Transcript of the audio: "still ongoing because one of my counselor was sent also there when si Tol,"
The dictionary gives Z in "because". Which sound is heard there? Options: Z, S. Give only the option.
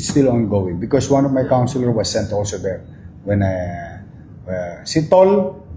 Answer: S